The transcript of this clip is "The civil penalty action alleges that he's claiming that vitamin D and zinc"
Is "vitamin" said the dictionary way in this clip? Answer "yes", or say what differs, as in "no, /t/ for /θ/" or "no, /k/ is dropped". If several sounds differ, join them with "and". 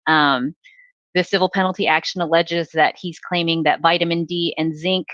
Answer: yes